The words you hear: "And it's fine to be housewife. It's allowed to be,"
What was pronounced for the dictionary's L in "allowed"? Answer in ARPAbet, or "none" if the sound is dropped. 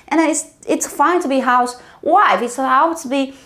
none